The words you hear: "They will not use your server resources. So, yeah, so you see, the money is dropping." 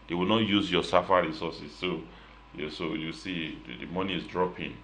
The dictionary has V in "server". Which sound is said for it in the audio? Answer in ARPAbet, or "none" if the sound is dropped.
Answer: F